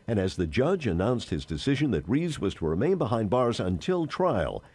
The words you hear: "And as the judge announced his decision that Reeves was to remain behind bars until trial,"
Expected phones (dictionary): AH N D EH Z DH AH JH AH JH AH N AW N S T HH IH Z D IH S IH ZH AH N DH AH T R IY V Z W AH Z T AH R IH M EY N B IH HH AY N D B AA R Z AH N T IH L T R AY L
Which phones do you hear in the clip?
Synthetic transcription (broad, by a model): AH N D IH Z DH AH JH AH JH AH N AW N S T HH IH Z D IH S IH ZH AH N DH AH T R IY Z W AH Z T AH R IH M EY N B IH HH AY N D B AA R Z AH N T IH L T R AY L